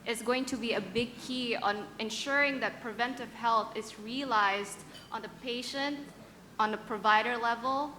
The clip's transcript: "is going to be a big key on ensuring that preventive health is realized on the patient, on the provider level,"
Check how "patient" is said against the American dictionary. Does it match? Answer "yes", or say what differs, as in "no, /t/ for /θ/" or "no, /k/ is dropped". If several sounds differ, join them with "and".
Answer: yes